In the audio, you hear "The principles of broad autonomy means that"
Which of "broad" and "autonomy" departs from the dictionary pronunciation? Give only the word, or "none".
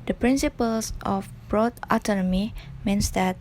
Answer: none